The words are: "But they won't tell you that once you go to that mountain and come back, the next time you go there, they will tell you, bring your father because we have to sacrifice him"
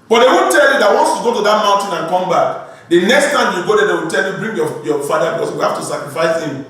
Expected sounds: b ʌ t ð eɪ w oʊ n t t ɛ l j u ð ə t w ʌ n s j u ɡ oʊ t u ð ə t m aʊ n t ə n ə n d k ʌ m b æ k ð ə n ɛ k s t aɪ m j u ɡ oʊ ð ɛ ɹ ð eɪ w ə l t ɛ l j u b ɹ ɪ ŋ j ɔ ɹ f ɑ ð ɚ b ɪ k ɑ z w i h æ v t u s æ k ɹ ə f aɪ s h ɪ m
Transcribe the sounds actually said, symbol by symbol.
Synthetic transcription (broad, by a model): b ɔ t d eɪ w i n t t ɛ l j u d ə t w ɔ n s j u ɡ oʊ t u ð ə t m aʊ n t ə n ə n k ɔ m b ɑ k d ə n ɛ k s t aɪ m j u ɡ oʊ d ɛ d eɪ w ə l t ɛ l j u b ɹ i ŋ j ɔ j f ɑ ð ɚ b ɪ k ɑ s w i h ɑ f t u s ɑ k ɹ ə f aɪ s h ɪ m